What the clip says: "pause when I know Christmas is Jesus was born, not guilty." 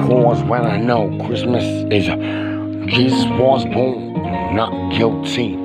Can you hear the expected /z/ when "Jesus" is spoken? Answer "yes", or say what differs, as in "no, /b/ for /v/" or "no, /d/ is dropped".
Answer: yes